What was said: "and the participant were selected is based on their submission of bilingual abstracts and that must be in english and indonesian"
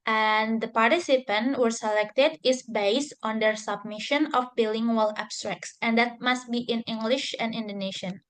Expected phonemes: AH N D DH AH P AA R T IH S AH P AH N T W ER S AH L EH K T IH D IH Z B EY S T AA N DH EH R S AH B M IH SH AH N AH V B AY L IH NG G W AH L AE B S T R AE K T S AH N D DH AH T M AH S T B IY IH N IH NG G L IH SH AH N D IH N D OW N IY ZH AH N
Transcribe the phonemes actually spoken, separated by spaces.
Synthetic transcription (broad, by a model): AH N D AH P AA R T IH S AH P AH N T W ER S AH L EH K T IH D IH S B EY S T AA N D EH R S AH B M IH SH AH N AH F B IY L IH NG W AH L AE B S T R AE K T S AH N D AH T M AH S T B IY IH N IH NG G L IH SH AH N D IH N D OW N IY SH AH N